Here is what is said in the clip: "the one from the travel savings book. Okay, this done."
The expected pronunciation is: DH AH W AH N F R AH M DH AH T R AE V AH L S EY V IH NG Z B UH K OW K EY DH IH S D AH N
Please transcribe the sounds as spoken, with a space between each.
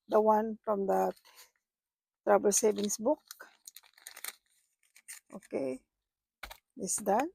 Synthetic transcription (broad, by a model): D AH W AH N F R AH M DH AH T R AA B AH L S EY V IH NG S B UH K OW K EY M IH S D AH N